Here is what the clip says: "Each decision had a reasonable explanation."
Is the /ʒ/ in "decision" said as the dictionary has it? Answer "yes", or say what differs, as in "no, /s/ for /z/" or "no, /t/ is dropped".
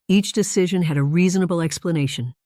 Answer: yes